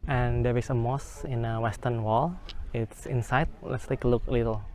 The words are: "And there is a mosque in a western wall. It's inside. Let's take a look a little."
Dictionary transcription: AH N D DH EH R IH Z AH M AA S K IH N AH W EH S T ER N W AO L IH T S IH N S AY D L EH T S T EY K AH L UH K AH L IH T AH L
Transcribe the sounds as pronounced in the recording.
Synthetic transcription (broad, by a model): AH N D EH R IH S AH M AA S IH N AH W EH S T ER N W AO L IH T S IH N S AY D L EH T S T EY K AH L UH K AH L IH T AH L